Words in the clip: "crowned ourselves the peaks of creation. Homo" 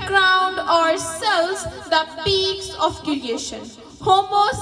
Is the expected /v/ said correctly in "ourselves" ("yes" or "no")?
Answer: no